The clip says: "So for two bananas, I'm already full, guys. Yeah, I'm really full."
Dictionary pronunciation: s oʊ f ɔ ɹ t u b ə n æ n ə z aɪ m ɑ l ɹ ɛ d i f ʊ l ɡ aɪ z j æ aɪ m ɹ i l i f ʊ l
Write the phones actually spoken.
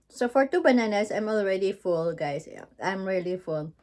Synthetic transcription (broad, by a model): s oʊ f ɔ ɹ t u b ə n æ n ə s aɪ m ɑ l ɹ ɛ d i f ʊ l ɡ aɪ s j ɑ aɪ m ɹ i l i f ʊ l